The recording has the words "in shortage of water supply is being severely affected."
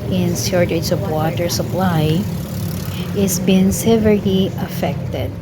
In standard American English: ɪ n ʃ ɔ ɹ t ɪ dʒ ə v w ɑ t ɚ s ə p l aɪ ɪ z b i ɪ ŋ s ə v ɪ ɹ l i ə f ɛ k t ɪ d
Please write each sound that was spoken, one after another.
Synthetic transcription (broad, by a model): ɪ n s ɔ ɹ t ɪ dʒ ə v w ɑ t ɚ s ə p l aɪ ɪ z b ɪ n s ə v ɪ ɹ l i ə f ɛ k t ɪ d